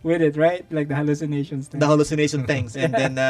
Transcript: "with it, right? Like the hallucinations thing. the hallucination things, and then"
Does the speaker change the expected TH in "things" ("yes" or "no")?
yes